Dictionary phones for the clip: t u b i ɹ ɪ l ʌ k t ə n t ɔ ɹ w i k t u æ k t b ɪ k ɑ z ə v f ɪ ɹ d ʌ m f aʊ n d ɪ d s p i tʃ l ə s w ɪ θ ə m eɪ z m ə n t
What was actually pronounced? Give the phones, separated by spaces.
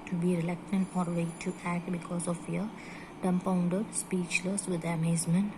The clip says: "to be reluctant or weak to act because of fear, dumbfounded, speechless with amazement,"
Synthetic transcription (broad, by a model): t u b i ɹ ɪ l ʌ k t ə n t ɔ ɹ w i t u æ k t b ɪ k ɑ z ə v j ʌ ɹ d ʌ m p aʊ n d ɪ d s p i tʃ l ə s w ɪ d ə m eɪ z m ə n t